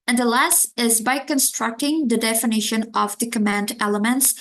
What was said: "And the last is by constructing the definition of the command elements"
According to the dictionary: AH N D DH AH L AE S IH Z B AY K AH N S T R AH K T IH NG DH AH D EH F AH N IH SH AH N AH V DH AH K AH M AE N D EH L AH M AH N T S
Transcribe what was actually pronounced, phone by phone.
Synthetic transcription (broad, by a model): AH N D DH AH L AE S IH Z B AY K AH N S T R AH K T IH NG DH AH D EH F AH N IH SH AH N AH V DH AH K AH M AE N D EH L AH M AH N T S